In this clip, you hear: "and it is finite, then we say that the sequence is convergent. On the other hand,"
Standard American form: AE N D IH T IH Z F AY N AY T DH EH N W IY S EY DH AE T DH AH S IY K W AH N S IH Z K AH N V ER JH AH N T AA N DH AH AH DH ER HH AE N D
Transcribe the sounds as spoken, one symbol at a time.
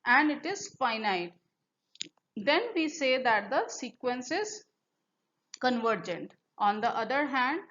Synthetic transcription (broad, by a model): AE N D IH T IH Z F AY N AY T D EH N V IY S EY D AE T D AH S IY K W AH N S IH Z K AH N V ER JH AH N T AA N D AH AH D ER HH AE N D